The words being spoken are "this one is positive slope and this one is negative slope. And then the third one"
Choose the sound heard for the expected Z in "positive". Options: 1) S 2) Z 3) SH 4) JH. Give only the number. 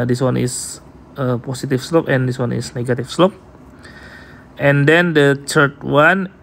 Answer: 1